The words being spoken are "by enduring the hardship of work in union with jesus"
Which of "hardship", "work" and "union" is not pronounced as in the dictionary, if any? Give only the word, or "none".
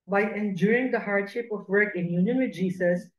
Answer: none